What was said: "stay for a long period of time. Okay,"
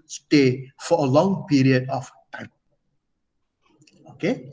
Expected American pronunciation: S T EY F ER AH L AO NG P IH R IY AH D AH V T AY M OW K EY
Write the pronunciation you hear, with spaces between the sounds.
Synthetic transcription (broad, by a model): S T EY F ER AH L AO NG P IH R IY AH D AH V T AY OW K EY